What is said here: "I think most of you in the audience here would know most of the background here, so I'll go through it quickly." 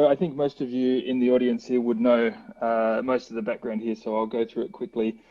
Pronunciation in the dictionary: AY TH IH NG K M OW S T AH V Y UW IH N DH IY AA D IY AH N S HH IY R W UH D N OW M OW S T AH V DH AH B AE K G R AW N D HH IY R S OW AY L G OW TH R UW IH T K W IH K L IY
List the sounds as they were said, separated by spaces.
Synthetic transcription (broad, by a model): AY TH IH NG K M OW S T AH V Y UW IH N DH IY AA D IY AH N S HH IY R W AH D N OW M OW S T AH V DH AH B AE K G R AW N D HH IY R S OW AY L G OW TH R UW IH T K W IH K L IY